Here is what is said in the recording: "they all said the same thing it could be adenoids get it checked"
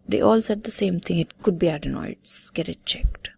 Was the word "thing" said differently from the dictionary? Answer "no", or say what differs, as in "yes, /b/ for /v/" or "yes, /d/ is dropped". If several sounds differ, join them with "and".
yes, /t/ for /θ/